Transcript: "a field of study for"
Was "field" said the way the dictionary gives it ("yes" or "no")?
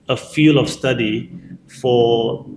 no